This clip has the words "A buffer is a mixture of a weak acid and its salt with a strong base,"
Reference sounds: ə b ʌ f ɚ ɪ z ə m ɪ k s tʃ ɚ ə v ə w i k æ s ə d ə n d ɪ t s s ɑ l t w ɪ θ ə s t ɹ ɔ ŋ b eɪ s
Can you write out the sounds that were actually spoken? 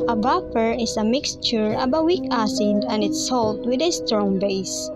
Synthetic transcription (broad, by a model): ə b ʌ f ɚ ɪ s ə m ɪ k s tʃ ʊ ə b ə w i k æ s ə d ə n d ɪ t s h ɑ l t w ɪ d ə s t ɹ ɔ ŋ b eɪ s